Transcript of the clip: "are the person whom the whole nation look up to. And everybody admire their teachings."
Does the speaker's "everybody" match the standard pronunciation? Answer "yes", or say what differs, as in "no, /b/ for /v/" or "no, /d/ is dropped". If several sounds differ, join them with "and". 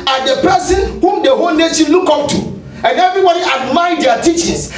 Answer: yes